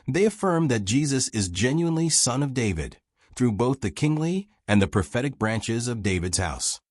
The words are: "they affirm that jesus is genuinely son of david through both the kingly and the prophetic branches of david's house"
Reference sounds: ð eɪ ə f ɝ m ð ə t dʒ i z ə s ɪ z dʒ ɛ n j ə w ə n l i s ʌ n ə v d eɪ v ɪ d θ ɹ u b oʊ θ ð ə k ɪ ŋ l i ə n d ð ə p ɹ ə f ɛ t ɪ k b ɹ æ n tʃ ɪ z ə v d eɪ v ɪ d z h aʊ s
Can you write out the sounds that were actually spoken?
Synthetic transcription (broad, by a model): ð eɪ ə f ɝ m ð ə t dʒ i z ə s ɪ z dʒ ɛ n j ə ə n l i s ʌ n ə v d eɪ v ɪ d θ ɹ u b oʊ θ ð ə k ɪ ŋ l i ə n ð ə p ɹ ə f ɛ t ɪ k b ɹ æ n tʃ ɪ z ə v d eɪ v ɪ d z h aʊ s